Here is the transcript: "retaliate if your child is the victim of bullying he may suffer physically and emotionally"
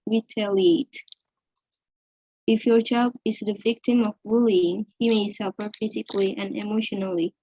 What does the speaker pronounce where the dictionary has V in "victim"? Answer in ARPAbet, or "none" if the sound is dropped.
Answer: V